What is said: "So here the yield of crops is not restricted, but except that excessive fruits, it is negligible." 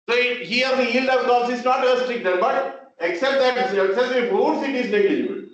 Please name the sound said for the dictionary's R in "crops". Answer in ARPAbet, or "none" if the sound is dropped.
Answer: none